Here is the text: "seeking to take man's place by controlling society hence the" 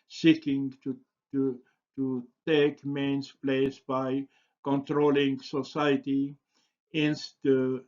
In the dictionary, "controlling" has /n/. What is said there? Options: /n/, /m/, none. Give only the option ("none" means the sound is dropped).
/n/